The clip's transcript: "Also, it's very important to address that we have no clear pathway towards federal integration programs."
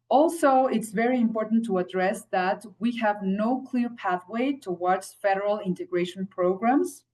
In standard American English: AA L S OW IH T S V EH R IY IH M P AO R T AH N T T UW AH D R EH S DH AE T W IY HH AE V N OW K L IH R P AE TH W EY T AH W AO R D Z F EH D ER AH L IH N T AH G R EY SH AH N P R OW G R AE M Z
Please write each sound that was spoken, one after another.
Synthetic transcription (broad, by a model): AA L S OW IH T S V EH R IY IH M P AO R T N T T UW AH D R EH S DH AE T W IY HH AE V N OW K L IH R P AE TH W EY T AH W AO R D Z F EH D ER AH L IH N T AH G R EY SH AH N P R OW G R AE M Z